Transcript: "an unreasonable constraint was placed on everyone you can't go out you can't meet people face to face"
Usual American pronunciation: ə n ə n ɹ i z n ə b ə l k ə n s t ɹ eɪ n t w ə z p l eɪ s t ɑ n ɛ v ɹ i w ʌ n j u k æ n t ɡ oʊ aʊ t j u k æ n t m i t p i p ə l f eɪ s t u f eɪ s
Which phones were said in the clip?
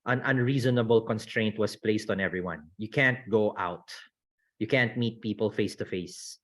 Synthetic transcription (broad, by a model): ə n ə n ɹ i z n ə b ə l k ə n s t ɹ eɪ n t w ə s p l eɪ s t ɑ n ɛ v ɹ i w ʌ n j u k æ n t ɡ oʊ aʊ t j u k æ n t m i t p i p ə l f eɪ s t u f eɪ s